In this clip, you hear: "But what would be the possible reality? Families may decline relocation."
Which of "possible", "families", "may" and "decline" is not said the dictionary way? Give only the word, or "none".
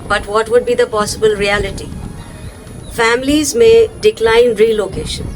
none